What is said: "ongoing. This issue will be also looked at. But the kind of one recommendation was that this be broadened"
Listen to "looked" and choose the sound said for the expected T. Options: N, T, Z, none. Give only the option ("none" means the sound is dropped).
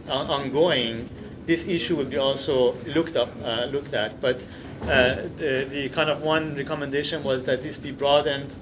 T